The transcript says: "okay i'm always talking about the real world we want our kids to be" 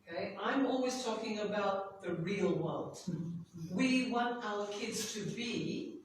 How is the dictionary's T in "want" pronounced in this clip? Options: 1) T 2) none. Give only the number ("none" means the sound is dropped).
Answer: 1